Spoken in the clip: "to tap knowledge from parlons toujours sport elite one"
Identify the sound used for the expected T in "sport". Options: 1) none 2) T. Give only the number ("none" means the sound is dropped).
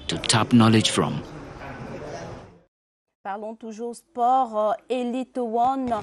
1